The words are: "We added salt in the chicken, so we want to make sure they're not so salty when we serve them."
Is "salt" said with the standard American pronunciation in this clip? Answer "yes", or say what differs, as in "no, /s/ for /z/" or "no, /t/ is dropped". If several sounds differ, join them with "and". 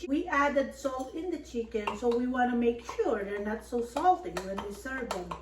yes